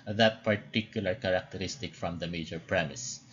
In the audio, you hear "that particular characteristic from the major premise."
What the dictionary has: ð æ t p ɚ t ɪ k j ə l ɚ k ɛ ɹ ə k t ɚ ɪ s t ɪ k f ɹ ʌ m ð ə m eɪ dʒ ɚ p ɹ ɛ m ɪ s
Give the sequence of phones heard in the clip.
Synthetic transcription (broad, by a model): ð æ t p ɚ t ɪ k j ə l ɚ k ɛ ɹ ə k t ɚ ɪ s t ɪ k f ɹ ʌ m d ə m eɪ dʒ ɚ p ɹ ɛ m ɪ s